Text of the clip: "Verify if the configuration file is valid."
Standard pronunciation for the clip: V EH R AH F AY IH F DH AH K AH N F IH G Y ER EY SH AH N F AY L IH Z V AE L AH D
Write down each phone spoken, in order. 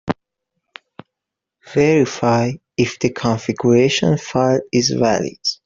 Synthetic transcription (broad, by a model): V EH R AH F AY IH F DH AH K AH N F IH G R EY SH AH N F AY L IH Z V AE L AH D